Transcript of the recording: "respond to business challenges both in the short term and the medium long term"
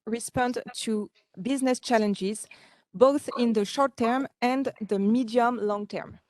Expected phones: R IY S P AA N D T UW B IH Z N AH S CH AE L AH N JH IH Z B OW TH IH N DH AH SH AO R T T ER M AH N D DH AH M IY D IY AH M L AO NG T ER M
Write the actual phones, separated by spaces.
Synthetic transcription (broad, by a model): R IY S P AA N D T UW B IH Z N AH S CH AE L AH N JH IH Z B OW TH IH N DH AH SH AO R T T ER M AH N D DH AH M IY D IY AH M L AO NG T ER M